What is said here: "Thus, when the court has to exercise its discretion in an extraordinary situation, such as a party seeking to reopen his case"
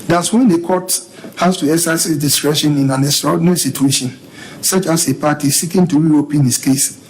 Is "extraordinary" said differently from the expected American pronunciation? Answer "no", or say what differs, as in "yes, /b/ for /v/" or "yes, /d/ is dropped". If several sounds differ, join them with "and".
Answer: yes, /k/ is dropped